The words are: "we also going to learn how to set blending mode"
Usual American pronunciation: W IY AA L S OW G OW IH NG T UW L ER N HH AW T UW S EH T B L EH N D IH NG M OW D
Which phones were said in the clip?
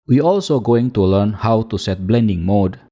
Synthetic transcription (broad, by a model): W IY AA L S OW G OW IH NG T UW L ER N HH AW T UW S EH T B L EH N D IH NG M OW D